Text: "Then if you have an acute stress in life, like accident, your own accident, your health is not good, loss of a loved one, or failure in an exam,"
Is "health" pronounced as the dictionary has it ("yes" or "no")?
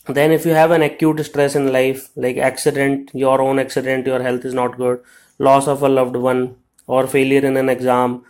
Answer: no